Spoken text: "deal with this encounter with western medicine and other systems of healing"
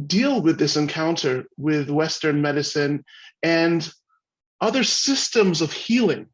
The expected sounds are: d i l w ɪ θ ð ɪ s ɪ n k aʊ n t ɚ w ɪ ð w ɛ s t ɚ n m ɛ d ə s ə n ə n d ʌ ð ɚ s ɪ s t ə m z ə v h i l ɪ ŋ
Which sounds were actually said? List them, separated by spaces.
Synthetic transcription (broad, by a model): d i l w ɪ ð ɪ s ɪ n k aʊ n t ɚ w ɪ ð w ɛ s t ɚ n m ɛ d ə s ə n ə n ʌ ð ɚ s ɪ s t ə m z ə v h i l ɪ ŋ